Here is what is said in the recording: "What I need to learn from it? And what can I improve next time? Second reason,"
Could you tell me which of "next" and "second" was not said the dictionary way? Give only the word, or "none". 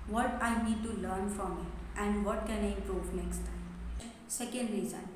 none